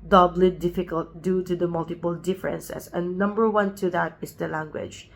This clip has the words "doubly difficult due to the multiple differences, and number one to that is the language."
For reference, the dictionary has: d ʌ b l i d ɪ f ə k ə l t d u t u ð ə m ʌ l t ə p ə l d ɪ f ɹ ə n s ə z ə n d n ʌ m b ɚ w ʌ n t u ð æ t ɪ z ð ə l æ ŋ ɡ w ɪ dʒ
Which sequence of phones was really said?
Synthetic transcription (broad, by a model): d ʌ b l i d ɪ f ə k ə l t d u t u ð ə m ʌ l t ə p ə l d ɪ f ɹ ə n s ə s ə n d n ʌ m b ɚ w ʌ n t u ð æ t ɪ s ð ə l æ ŋ ɡ w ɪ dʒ